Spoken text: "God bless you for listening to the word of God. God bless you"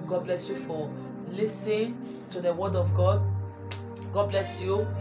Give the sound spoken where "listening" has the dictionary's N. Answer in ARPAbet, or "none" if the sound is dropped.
none